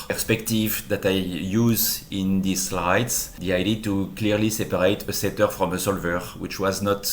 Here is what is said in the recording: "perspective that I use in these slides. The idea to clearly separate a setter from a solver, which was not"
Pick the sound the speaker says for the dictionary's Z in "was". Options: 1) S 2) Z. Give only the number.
2